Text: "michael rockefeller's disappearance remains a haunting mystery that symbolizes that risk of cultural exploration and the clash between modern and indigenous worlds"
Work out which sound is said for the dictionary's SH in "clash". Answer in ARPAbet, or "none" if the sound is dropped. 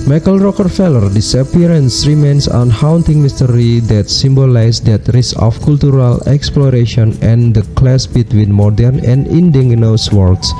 S